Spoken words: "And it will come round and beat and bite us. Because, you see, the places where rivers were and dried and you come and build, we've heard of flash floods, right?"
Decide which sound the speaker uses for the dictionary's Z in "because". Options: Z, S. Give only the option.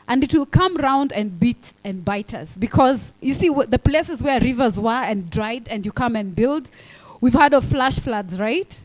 Z